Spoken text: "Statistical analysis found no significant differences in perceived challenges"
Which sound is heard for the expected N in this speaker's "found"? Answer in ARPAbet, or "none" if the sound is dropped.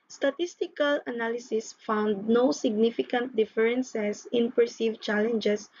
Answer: N